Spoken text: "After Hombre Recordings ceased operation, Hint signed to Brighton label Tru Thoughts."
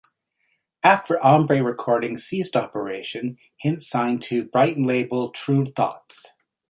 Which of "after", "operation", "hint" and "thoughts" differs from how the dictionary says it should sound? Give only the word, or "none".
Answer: none